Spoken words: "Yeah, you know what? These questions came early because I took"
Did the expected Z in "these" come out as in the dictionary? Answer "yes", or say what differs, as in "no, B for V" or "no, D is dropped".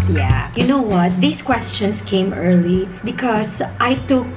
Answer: no, S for Z